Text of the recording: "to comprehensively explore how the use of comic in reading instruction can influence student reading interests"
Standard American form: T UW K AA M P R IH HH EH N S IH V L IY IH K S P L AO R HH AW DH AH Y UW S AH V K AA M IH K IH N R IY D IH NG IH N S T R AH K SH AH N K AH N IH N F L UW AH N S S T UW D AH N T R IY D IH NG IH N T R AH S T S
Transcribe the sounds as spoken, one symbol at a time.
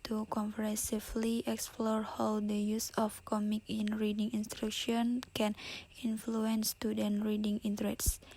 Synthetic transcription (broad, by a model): T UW K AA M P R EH S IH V L IY IH K S P L AO R HH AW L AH Y UW S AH F K AA M IH K IH N R IY D IH NG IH N S T R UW K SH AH N K AH N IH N F L UW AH N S S T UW D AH N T R IY D IH NG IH N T R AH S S